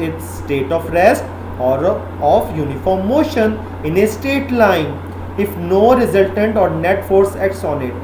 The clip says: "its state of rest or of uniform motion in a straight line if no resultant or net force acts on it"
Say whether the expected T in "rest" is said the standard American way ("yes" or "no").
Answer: yes